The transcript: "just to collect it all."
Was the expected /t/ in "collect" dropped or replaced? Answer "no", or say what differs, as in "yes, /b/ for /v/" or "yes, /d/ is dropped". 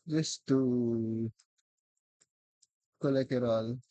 yes, /t/ is dropped